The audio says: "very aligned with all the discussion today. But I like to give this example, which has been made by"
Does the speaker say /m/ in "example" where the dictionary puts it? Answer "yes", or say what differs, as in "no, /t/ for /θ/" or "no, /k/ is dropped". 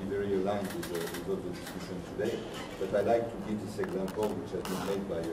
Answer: yes